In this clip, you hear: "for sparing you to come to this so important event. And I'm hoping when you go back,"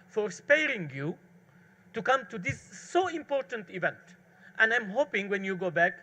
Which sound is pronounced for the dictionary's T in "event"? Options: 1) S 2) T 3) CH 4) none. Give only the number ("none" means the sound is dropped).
2